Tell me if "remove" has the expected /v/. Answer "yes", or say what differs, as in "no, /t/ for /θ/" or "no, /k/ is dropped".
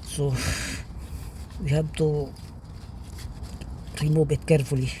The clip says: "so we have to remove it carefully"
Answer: no, /b/ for /v/